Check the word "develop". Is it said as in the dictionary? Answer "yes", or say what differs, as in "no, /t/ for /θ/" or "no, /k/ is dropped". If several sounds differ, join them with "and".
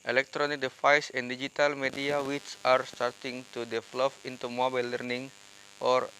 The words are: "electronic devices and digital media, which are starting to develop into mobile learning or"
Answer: no, /f/ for /p/